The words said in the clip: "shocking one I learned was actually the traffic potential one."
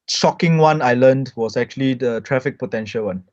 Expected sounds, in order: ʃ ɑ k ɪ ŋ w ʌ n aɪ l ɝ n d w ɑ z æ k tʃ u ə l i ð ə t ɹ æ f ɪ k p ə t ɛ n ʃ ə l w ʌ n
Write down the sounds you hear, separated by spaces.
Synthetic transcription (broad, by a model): ʃ ɑ k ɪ ŋ w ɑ n aɪ l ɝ n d w ɑ s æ k tʃ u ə l i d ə t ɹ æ f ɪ k p ə t ɛ n ʃ ə l w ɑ n